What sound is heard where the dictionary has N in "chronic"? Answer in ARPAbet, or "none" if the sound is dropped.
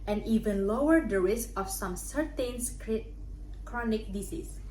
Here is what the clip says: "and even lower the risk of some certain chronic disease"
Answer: N